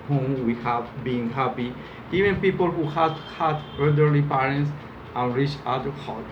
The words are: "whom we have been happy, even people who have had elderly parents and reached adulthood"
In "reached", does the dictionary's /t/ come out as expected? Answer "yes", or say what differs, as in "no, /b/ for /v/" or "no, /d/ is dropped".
no, /t/ is dropped